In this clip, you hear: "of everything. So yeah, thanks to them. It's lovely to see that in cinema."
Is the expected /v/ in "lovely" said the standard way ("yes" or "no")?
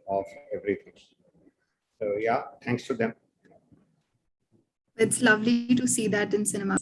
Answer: yes